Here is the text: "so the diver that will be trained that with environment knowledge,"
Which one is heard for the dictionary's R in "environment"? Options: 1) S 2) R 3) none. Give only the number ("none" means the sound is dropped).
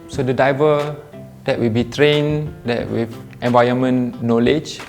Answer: 3